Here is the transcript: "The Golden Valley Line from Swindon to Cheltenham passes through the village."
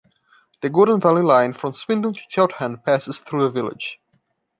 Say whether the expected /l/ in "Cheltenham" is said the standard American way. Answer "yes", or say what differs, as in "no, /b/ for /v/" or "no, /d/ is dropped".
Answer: no, /l/ is dropped